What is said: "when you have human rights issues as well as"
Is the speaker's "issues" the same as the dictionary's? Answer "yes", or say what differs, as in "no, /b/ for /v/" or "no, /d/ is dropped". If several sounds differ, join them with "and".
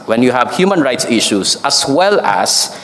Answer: no, /s/ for /z/